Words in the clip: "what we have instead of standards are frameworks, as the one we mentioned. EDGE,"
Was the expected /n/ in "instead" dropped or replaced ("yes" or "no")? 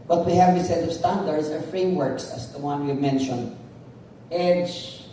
yes